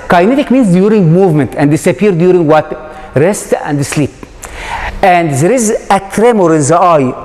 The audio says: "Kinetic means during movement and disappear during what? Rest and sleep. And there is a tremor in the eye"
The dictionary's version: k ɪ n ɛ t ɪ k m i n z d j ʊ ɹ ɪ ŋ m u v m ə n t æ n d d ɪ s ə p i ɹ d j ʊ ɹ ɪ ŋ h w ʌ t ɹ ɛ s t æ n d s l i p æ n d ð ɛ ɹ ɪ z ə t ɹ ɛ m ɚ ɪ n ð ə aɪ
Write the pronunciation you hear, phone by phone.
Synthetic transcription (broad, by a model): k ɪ n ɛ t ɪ k m i n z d j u ɹ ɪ ŋ m u v m ə n t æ n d d ɪ s ə p i ɹ d j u ɹ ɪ ŋ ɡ w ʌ t ɹ ɛ s t æ n d s l i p æ n d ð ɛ ɹ ɪ z ə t ɹ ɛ m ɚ ɪ n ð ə aɪ